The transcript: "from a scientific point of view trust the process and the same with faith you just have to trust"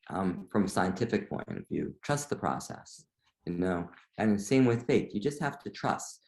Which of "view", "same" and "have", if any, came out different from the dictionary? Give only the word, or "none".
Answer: have